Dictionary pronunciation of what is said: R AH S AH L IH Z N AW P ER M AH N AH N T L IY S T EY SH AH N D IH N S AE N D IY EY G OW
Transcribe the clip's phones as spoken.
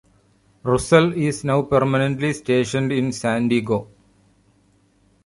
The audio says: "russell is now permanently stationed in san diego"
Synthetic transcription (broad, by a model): R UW S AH L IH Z N AW P ER M AH N AH N T L IY S T EY SH AH N D IH N S AE N D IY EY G OW